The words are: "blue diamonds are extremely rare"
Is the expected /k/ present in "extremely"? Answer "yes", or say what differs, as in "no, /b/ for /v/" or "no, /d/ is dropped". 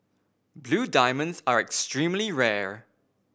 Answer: yes